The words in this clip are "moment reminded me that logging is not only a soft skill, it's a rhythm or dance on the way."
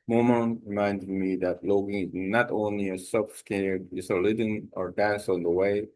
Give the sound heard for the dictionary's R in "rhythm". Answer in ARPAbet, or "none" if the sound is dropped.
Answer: L